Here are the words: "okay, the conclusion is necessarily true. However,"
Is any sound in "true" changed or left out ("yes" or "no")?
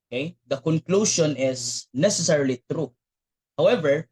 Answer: no